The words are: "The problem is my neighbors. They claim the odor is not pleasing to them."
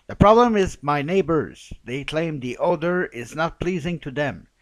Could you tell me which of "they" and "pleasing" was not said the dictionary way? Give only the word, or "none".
none